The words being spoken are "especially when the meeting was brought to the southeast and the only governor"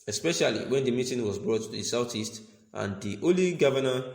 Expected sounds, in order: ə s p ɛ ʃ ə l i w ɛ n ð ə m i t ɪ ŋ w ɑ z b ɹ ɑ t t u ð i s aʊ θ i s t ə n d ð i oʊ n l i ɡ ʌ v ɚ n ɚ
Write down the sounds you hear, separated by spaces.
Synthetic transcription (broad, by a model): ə s p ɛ ʃ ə l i w ɛ n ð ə m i t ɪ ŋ w ɑ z b ɹ ɑ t t u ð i s aʊ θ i s t ə n d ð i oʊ l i ɡ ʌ v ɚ n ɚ